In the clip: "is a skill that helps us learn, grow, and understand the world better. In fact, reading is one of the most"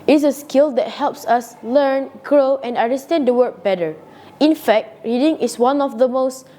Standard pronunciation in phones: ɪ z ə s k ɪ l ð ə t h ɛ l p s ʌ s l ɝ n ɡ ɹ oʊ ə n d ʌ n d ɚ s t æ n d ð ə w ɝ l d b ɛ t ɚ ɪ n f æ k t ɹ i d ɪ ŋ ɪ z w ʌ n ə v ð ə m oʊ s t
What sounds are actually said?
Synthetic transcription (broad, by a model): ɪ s ə s k ɪ l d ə t h ɛ l p s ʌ s l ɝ n ɡ ɹ oʊ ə n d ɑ n d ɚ s t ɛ n d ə w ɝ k b ɛ t ɚ ɪ n f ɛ k t ɹ i d ɪ ŋ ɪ s w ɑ n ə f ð ə m oʊ s t